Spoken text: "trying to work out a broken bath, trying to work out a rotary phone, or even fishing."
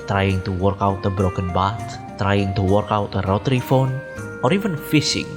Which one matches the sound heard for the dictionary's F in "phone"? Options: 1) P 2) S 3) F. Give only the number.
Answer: 3